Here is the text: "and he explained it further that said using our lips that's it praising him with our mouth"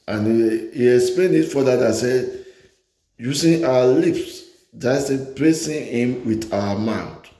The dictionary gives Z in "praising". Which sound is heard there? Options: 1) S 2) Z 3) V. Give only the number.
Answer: 1